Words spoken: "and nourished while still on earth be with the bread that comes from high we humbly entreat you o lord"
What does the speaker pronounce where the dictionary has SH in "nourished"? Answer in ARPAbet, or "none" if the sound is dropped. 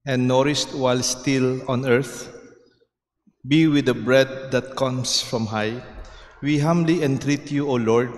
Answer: S